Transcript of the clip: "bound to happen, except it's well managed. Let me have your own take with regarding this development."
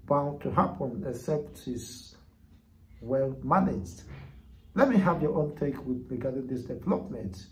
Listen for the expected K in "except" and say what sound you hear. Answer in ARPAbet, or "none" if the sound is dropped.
none